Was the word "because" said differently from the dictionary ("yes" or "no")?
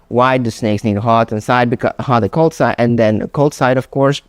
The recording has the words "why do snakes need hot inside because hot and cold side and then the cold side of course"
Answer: yes